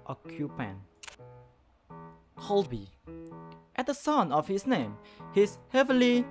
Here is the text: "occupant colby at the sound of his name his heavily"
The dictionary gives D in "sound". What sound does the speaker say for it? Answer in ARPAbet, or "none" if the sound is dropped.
none